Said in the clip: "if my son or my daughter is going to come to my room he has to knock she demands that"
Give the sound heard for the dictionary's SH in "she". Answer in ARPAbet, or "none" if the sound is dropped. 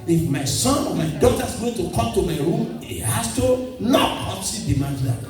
S